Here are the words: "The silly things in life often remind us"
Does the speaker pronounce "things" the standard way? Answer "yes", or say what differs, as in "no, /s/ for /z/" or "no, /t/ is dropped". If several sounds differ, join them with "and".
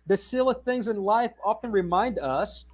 yes